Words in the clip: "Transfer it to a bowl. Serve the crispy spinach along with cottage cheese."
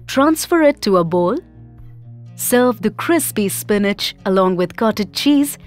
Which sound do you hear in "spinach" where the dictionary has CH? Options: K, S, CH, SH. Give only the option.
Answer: CH